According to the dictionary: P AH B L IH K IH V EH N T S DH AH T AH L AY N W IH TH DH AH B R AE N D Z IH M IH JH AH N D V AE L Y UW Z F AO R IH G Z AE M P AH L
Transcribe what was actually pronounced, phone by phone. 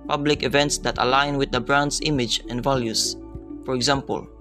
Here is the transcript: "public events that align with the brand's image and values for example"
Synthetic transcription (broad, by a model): P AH B L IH K IH V EH N T S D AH T AH L AY N W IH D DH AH B R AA N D S IH M IH JH AH N D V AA L Y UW S F AO R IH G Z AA M P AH L